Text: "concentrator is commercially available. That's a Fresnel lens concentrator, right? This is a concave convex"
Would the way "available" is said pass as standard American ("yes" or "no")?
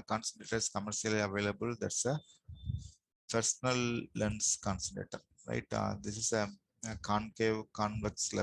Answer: yes